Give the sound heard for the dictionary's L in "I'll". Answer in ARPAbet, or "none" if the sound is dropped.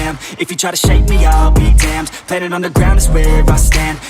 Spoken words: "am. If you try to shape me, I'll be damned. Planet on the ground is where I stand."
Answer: L